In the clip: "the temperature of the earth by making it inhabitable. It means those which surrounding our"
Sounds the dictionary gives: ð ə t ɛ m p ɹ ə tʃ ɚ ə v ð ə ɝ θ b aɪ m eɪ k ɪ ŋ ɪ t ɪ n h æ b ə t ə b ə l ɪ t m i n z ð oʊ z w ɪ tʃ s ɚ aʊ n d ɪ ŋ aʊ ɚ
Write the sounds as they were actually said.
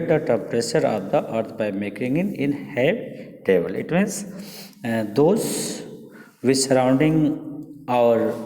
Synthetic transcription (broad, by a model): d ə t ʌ p ɹ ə s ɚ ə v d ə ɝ t b aɪ m eɪ k ɪ ŋ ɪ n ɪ n h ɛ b t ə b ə l ɪ t m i n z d oʊ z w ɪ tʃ s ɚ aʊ n d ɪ ŋ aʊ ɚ